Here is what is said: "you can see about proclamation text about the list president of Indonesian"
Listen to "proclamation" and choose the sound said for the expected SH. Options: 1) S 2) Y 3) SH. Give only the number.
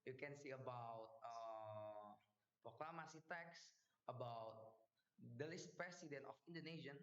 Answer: 1